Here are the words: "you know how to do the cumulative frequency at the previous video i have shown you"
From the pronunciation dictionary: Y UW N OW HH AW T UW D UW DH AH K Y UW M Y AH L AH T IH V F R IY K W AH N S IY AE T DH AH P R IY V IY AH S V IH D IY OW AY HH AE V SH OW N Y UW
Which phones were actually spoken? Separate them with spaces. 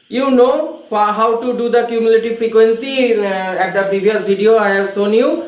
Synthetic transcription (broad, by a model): Y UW N OW HH AW T UW D UW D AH K Y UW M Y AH L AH T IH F R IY K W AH N S IY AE T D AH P R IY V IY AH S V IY D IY OW AY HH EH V S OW N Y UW